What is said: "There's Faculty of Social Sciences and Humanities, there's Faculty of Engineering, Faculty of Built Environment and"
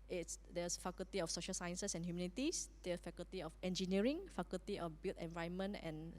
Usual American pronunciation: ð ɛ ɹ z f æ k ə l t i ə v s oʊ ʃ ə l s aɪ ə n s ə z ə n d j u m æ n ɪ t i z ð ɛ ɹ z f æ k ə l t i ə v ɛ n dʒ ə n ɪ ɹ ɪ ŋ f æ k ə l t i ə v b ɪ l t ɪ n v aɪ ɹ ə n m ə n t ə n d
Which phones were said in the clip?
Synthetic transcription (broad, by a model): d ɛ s f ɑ k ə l t i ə f s oʊ ʃ ə l s aɪ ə n s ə s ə n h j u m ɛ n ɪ t i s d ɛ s f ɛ k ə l t i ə f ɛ n dʒ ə n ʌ ɹ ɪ ŋ f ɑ k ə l t i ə f b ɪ l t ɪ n v aɪ ə n m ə n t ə n